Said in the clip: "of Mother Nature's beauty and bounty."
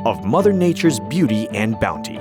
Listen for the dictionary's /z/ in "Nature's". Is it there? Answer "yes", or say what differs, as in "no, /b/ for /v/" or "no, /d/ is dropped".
yes